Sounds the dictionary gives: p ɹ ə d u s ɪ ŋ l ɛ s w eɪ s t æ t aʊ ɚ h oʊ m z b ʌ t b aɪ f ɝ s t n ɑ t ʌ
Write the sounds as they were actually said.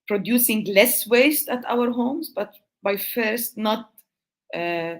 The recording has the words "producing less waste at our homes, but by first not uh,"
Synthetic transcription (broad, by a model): p ɹ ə d u s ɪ ŋ l ɛ s w eɪ s t æ t aʊ ɚ h oʊ m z b ʌ t b aɪ f ɝ s t n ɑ t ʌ